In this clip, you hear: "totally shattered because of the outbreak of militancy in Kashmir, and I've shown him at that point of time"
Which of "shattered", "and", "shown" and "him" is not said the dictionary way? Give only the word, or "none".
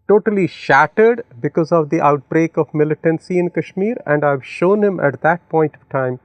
none